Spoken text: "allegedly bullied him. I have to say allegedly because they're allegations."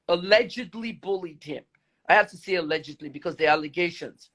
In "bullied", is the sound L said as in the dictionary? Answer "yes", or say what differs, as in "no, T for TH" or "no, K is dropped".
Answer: yes